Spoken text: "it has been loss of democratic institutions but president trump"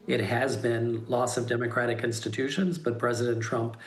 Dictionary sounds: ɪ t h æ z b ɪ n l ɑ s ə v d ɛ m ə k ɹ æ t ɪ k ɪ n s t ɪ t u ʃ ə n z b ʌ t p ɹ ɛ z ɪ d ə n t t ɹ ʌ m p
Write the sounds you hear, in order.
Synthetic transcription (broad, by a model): ɪ t h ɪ z b ɪ n l ɑ s ə v d ɛ m ə k ɹ æ t ɪ k ɪ n s t ɪ t u ʃ ə n z b ʌ t p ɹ ɛ z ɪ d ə n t t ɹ ʌ m p